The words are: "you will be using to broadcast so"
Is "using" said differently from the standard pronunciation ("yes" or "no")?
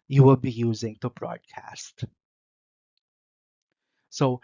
no